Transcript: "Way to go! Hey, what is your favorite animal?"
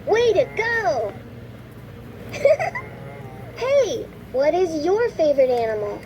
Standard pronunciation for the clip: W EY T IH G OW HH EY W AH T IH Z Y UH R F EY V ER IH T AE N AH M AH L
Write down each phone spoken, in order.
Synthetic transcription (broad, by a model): W EY T IH G OW HH EY W AH T IH Z Y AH R F EY V ER IH T AE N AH M L